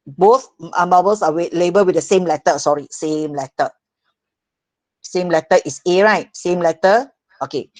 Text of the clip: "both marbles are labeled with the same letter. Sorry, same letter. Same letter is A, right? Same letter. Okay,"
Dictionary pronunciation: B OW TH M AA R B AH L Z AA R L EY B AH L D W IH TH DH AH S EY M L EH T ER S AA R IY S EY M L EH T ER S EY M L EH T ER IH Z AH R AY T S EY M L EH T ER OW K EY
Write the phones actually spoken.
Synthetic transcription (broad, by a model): B OW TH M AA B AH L S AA W L EY B AH W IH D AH S EY M L EH T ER S AA R IY S EY M L EH T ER S EY M L EH T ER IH S AH R AY T S EY M L EH T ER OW K EY